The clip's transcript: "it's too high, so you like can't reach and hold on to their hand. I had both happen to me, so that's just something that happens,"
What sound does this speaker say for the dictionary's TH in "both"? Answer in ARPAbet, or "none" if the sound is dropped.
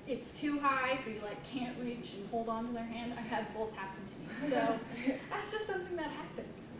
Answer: TH